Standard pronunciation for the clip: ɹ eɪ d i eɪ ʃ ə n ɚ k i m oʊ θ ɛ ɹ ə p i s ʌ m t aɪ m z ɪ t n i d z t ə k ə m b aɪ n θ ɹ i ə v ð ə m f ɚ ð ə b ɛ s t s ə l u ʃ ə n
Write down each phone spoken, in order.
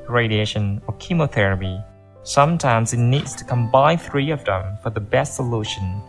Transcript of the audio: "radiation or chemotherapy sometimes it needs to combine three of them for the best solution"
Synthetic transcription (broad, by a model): ɹ eɪ d i eɪ ʃ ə n ɚ k i m oʊ θ ɛ ɹ ə p i s ʌ m t aɪ m z ɪ t n i d z t ə k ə m b aɪ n θ ɹ i ə v ð ə m f ɚ ð ə b ɛ s t s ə l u ʃ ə n